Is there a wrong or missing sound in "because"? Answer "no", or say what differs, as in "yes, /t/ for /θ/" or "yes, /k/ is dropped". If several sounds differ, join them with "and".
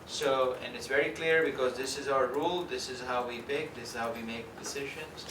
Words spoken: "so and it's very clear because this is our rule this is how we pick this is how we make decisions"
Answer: no